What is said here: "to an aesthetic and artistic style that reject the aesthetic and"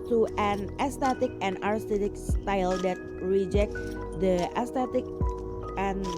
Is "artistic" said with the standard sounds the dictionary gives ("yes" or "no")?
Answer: no